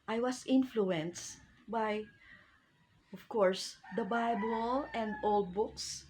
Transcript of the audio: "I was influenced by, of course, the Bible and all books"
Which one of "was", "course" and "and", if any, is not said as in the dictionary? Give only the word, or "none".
was